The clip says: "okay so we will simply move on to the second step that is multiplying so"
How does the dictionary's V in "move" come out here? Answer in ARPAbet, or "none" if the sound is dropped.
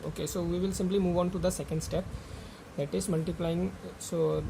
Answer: V